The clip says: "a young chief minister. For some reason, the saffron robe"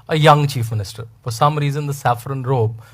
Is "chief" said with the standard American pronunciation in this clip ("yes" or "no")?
yes